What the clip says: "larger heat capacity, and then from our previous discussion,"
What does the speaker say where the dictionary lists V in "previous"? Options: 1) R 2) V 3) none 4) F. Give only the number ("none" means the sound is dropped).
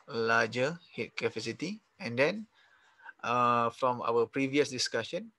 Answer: 2